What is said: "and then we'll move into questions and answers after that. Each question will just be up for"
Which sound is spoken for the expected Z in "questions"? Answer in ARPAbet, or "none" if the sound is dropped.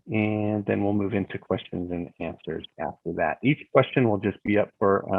Z